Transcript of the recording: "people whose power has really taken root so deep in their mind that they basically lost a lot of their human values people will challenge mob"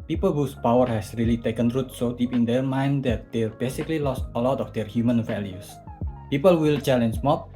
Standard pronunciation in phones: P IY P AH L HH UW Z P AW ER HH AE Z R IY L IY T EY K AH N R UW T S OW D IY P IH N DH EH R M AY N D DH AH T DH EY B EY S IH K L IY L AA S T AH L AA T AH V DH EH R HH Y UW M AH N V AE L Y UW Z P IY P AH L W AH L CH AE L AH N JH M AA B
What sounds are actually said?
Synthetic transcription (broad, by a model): P IY P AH L HH UW S P AW ER HH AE S R IY L IY T EY K AH N R UW T S OW D IY P IH N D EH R M AY N D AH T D EY B EY S IH K L IY L AA S T AH L AA T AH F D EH R HH Y UW M AH N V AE L Y UW S P IY P AH L W AH L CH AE L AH N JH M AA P